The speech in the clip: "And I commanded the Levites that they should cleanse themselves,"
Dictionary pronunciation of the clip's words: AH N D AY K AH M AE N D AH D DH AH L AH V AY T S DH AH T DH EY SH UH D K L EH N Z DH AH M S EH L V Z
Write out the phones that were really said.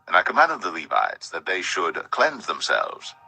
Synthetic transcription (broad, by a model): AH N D AY K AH M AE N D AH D DH AH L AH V AY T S DH AH T DH EY SH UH D K L EH N Z DH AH M S EH L V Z